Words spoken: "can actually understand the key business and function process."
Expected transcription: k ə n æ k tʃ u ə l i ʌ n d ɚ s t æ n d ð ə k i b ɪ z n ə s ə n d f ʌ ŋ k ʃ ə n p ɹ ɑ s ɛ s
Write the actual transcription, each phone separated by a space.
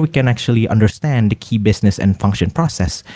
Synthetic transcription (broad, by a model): k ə n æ k tʃ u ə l i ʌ n d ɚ s t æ n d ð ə k i b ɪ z n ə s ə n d f ʌ ŋ k ʃ ə n p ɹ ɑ s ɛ s